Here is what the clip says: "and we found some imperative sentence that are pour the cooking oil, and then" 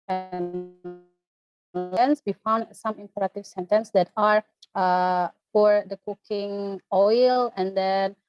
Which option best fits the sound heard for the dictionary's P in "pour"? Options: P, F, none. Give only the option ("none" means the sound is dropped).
F